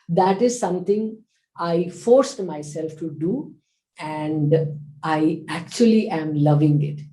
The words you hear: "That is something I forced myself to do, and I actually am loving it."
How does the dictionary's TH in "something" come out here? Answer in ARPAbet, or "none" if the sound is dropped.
T